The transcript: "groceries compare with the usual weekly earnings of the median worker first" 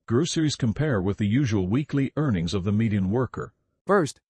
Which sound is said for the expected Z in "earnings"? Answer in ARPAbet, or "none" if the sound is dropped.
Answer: Z